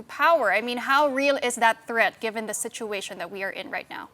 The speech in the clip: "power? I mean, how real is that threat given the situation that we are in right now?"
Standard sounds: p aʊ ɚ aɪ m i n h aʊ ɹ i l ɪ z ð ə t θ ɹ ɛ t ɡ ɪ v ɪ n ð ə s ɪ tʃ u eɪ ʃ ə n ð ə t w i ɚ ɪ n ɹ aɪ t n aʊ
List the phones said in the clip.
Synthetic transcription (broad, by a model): p aʊ ɚ aɪ m i n h aʊ ɹ i l ɪ z ð ə t θ ɹ ɛ t ɡ ɪ v ɪ n ð ə s ɪ tʃ u eɪ ʃ ə n ð ə t w i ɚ ɪ n ɹ aɪ t n aʊ